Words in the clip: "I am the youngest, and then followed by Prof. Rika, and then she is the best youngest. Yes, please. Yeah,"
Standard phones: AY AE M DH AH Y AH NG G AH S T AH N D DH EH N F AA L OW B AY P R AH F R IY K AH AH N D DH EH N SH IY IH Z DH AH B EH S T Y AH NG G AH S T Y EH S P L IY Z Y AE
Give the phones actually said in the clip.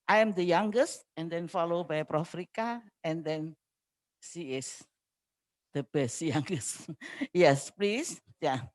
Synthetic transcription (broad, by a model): AY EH M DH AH Y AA NG G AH S T AH N D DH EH N F AA L OW B AY P R AH F R IY K AH AH N D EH N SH IY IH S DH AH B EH S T Y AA NG G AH S T Y EH S P L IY S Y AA